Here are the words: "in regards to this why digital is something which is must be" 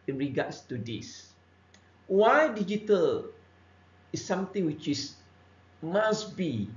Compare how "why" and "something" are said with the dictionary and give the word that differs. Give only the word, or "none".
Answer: something